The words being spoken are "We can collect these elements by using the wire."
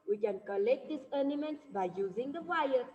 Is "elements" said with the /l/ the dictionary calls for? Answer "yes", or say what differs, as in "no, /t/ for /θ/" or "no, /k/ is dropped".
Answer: no, /n/ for /l/